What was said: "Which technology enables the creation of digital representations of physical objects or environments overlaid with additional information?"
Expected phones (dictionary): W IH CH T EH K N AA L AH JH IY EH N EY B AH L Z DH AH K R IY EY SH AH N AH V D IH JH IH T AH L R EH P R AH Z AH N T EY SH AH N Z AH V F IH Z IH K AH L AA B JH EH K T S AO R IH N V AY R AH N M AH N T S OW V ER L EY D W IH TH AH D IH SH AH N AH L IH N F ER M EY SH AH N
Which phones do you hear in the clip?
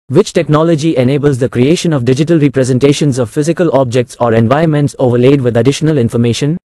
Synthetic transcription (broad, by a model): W IH CH T EH K N AA L AH JH IY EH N EY B AH L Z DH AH K R IY EY SH AH N AH V D IH JH IH T AH L R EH P R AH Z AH N T EY SH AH N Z AH V F IH Z IH K AH L AA B JH EH K T S AO R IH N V AY AH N M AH N T S OW V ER L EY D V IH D AH D IH SH AH N AH L IH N F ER M EY SH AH N